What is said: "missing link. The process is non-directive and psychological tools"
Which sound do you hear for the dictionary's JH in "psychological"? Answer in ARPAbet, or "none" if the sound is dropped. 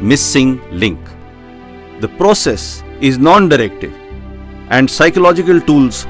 JH